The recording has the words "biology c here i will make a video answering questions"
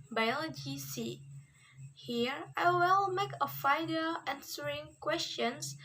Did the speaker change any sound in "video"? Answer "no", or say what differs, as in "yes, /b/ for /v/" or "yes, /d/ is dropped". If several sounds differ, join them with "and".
yes, /f/ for /v/